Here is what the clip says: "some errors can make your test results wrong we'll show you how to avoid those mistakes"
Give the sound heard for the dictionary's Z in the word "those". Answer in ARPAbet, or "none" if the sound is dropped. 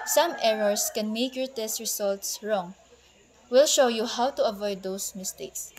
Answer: S